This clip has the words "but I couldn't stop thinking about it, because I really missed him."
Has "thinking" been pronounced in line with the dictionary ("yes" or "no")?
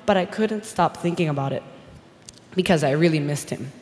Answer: yes